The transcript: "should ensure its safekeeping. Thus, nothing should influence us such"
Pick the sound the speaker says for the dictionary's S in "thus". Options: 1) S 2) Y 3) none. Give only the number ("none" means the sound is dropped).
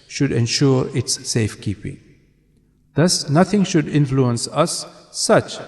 1